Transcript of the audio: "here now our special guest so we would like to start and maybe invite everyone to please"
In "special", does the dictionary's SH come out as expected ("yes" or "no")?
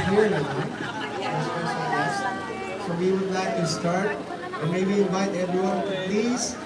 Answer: no